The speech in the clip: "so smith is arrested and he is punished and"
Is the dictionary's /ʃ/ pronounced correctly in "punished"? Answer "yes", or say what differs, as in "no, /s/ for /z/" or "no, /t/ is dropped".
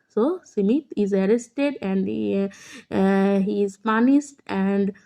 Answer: no, /s/ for /ʃ/